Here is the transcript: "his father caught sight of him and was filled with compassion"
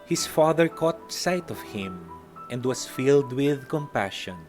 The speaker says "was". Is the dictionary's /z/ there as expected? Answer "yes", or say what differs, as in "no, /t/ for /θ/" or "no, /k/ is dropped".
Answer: no, /s/ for /z/